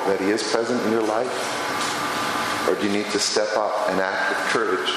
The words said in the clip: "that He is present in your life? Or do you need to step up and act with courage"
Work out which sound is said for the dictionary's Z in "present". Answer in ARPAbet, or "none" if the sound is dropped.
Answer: Z